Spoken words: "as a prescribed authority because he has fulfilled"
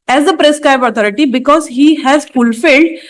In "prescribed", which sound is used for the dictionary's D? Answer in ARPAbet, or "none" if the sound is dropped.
none